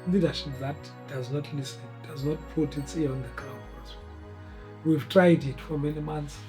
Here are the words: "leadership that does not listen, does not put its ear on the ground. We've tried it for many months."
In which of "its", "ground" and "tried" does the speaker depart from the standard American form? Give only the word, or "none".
ground